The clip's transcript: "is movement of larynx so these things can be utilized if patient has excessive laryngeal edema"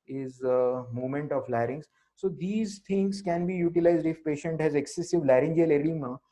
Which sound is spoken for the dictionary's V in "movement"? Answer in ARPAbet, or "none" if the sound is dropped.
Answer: none